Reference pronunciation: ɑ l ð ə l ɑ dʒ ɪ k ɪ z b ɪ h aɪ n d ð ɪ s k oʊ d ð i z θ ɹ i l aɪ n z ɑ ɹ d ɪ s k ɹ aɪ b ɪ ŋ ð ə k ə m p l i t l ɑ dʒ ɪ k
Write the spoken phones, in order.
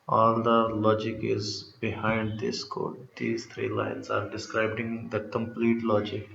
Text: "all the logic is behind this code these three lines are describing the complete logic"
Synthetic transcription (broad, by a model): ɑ l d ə l ɑ dʒ ɪ k ɪ z b ɪ h aɪ n d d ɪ s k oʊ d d i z t ɹ i l aɪ n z ɑ ɹ d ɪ s k ɹ aɪ b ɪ ŋ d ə k ə m p l i t l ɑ dʒ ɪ k